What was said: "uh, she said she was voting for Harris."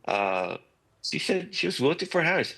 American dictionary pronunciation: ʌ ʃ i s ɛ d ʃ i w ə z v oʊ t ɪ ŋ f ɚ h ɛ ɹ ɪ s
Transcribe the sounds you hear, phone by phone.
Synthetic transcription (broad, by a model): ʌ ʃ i s ɛ d ʃ i w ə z w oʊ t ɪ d f ɚ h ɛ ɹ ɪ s